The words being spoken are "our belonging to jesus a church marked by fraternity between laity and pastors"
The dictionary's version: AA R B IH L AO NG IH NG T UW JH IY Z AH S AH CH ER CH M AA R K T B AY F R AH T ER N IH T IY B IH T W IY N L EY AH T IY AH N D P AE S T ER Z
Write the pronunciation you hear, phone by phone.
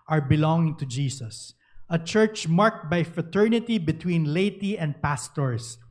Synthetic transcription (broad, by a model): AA R B IH L AO NG IH NG T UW JH IY S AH S AH CH ER CH M AA R K T B AY F R AH T ER N IH T IY B IH T W IY N L EY AH T IY AH N D P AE S T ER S